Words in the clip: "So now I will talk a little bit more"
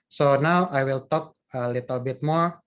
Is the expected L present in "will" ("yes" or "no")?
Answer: yes